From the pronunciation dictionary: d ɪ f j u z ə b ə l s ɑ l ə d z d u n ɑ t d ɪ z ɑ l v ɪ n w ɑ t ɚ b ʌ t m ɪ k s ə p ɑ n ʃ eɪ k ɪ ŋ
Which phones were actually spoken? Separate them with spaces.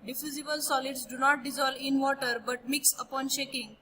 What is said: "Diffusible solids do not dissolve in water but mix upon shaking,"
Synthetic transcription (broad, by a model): d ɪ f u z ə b ə l s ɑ l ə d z d u n ɑ t d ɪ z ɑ l ɪ n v ɑ t ɚ b ʌ t m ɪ k s ə p ɑ n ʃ eɪ k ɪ ŋ